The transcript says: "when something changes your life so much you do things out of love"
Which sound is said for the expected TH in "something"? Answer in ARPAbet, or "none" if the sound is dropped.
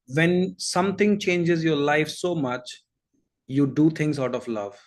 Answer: T